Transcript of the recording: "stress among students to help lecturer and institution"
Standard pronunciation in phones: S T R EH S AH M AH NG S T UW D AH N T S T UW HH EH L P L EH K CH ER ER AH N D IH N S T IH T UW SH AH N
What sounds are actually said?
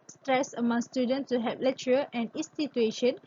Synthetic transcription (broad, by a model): S T R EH S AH M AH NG S T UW D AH N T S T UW HH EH P L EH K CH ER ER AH N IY N S T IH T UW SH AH N